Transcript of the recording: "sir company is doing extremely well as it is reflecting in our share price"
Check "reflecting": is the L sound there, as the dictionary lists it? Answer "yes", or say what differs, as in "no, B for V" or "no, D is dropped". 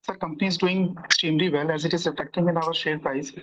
no, L is dropped